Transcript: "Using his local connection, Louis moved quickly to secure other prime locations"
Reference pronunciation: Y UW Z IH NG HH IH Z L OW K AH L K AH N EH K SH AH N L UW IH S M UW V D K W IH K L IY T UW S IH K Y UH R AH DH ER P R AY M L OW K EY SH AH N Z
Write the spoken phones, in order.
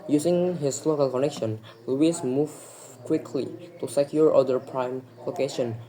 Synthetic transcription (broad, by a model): Y UW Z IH NG HH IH S L OW K AH L K AH N EH K SH AH N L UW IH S M UW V K W IH K L IY T UW S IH K Y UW R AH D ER P R AY M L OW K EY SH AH N